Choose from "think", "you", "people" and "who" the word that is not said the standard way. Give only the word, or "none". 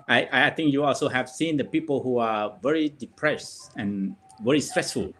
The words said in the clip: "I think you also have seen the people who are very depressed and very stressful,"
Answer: think